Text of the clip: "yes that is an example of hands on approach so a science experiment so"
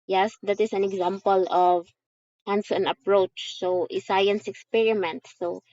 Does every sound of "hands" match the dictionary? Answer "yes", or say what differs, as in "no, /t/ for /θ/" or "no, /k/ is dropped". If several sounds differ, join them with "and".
no, /s/ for /z/